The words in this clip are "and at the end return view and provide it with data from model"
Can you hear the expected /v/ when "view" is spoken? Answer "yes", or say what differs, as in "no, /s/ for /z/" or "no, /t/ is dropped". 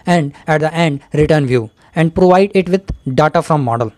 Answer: yes